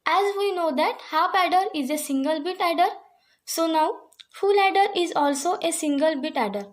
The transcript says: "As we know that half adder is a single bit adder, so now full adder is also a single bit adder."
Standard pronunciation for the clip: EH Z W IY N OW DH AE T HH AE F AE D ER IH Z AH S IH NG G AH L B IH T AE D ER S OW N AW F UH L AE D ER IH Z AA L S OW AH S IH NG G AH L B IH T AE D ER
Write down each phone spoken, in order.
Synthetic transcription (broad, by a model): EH Z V IY N OW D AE T HH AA P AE D ER IH Z AH S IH NG G AH L B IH T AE D ER S OW N AW F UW L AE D ER IH Z AA L S OW AH S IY NG G AH L B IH T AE D ER